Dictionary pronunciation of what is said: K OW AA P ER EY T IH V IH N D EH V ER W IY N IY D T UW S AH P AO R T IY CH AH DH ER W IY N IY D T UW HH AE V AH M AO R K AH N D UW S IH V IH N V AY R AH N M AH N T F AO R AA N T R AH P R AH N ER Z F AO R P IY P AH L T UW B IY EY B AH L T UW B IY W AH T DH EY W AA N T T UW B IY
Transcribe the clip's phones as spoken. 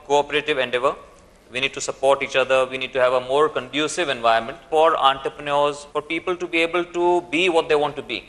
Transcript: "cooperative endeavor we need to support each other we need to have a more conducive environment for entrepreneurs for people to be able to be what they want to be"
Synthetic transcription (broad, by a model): K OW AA P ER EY T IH V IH N D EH V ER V IY N IY D T UW S AH P AO R T IY CH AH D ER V IY N IY D T UW HH AE V AH M AO R K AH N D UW S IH V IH N V AY AH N M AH N T F AO R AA N T R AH P R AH N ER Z F AO R P IY P AH L T UW B IY EY B AH L T UW B IY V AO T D EY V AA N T T UW B IY